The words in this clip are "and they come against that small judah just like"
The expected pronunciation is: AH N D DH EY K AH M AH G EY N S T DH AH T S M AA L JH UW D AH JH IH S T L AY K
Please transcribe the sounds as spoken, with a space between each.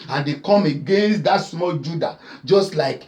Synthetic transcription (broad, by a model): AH N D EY K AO M AH G EY N S T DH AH T S M AA L JH UW D AH JH IH S T L AY K